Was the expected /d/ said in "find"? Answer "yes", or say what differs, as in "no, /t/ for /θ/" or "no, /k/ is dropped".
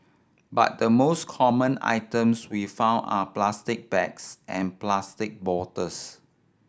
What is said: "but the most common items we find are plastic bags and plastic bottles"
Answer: no, /d/ is dropped